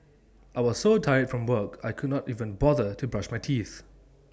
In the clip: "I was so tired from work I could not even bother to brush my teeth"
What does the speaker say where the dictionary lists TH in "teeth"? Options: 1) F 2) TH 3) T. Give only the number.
2